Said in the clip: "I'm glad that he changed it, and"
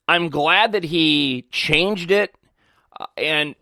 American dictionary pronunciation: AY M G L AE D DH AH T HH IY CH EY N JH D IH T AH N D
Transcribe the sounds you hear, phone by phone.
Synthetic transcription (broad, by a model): AY M G L AE D DH AH T HH IY CH EY N JH D IH T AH N